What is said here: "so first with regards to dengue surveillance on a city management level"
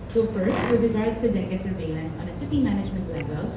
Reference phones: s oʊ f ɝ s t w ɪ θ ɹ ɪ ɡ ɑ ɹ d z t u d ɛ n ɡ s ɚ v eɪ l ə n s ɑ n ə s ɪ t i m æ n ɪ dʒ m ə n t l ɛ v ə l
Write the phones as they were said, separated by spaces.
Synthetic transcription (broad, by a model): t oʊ p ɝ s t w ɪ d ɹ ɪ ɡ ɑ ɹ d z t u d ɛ ɡ s ɚ v eɪ l ə n s ɑ n ə s ɪ t i m æ n ɪ dʒ m ə n t l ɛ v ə l